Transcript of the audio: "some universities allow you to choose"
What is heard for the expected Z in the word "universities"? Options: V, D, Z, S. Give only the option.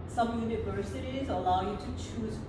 Z